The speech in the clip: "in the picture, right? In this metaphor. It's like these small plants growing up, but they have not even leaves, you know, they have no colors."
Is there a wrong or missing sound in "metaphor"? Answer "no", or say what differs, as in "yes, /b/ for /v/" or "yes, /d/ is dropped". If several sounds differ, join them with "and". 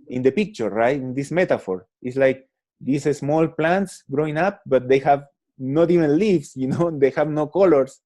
no